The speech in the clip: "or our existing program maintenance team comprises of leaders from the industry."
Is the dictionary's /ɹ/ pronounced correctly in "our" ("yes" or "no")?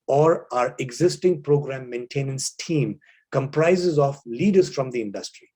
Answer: yes